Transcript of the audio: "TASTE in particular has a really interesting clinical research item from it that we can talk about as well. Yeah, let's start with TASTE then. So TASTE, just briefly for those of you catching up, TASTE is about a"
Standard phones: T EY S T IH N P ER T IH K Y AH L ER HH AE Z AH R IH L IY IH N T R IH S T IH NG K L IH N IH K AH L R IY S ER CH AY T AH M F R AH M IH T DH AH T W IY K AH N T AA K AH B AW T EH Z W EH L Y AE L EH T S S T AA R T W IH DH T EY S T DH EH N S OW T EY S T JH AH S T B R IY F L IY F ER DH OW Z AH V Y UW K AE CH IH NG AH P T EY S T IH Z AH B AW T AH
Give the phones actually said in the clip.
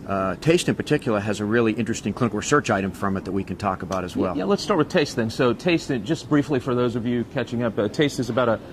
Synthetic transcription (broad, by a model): T EY S T IH N P ER T IH K Y L ER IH Z AH R IH L IY IH N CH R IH S T IH NG K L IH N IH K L R IY S ER CH AY T AH M F R AH M IH T DH AH T W IY K AH N T AA K AH B AW T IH Z W EH L Y AE L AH T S S T AA R T W IH DH T EY S T DH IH N S OW T EY S T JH AH S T B R IY F L IY F ER DH OW Z AH V Y UW K AE CH IH NG AH P T EY S T IH Z AH B AW T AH